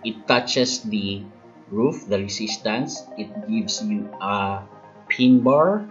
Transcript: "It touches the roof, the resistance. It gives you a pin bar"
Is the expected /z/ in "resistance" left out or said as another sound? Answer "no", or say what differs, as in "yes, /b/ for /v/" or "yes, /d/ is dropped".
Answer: yes, /s/ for /z/